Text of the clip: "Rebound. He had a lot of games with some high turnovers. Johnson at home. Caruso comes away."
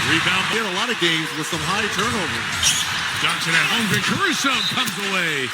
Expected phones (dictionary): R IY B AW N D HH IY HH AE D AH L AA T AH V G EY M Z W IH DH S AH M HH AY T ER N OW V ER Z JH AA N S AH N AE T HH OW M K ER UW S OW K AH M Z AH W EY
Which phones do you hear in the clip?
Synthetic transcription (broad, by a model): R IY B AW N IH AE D AH L AA T AH V G EY M Z W IH DH S AH M HH AY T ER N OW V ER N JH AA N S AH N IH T HH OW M K ER UW S OW K AH M Z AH W EY